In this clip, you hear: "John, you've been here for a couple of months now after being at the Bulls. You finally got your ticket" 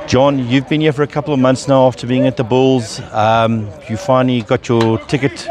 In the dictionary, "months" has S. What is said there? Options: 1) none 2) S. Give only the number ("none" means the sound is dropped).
2